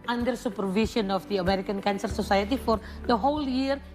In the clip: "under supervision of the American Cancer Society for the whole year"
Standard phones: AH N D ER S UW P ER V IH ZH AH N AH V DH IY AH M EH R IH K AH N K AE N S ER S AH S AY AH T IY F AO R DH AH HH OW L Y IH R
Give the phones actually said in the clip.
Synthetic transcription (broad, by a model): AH N D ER S UW P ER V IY S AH N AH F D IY AH M EH R IH K AH N K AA N S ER S AH S AY AH T IY F AO R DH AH HH OW L Y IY R